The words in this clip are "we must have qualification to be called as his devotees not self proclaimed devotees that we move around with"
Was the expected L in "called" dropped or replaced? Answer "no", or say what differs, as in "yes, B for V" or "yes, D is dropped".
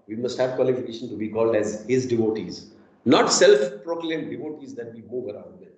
no